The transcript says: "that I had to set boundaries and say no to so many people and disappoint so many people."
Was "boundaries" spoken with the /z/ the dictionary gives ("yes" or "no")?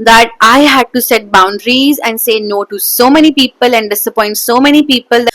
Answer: yes